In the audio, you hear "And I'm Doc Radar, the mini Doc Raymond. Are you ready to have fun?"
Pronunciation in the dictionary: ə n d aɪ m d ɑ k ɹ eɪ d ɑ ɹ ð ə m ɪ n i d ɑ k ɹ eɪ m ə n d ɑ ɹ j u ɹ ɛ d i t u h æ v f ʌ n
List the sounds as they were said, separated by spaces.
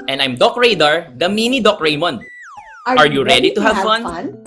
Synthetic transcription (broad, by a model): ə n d aɪ m d ɑ k ɹ eɪ d ɑ ɹ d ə m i n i d ɑ k ɹ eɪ m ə n ɑ ɹ j u ɹ ɛ d i t u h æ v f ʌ n